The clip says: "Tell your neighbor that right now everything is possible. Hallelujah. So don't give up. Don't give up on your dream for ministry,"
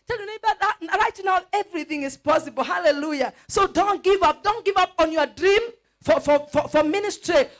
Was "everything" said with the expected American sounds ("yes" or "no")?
yes